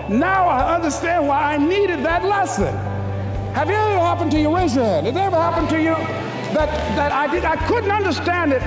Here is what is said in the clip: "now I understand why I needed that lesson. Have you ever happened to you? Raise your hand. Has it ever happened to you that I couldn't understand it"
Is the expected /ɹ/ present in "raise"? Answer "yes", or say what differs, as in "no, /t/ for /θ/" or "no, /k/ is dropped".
no, /w/ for /ɹ/